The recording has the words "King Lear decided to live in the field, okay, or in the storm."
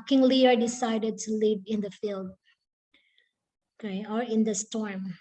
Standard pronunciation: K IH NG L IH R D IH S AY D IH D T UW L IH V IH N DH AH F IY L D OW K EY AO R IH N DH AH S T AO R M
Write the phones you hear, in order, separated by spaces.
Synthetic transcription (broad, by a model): K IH NG L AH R D IH S AY D IH D T UW L IH V IH N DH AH F IY L D OW K EY AO R IH N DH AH S T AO R M